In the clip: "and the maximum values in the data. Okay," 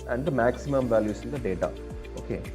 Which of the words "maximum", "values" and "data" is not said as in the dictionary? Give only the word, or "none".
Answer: values